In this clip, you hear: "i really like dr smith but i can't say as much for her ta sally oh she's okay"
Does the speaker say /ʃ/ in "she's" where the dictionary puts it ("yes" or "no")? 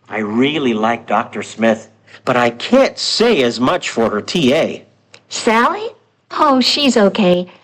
yes